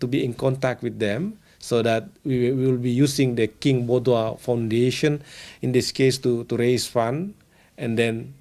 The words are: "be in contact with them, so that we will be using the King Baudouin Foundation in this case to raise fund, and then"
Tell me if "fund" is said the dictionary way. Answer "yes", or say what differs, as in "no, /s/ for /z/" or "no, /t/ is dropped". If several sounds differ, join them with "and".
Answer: no, /d/ is dropped